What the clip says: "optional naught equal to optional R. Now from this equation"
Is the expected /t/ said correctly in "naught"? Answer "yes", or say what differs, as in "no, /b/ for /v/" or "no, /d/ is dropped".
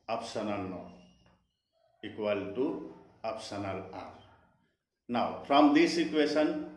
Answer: no, /t/ is dropped